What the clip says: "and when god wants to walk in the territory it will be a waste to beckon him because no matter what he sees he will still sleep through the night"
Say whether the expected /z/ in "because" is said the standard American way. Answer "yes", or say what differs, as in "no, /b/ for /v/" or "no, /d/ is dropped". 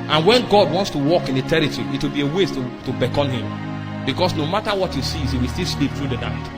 no, /s/ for /z/